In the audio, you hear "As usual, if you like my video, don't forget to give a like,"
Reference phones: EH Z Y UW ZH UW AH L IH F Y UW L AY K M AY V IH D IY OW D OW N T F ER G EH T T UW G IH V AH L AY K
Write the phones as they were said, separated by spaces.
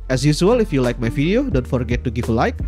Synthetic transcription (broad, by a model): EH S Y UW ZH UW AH L IH F Y UW L AY K M AY F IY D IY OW D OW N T F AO G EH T T UW G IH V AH L AY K